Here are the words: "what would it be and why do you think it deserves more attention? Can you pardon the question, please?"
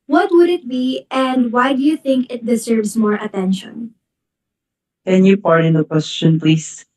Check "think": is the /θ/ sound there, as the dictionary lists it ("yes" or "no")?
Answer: yes